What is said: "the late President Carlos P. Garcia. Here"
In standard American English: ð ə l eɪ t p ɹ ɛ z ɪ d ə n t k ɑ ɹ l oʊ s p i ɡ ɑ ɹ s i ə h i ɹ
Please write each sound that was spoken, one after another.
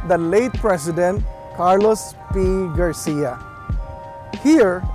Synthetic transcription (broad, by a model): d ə l eɪ t p ɹ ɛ s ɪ d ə n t k ɑ ɹ l oʊ s p i ɡ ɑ ɹ s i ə h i ɹ